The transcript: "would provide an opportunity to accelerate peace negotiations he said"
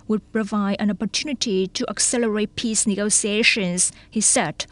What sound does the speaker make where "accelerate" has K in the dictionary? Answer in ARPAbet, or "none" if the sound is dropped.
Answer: K